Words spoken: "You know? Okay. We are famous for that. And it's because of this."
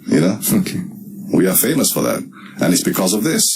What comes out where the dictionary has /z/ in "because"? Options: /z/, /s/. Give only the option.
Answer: /z/